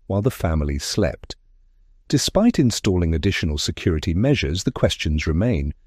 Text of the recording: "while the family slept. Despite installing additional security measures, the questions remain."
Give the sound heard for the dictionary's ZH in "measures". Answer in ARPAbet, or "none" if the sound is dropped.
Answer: ZH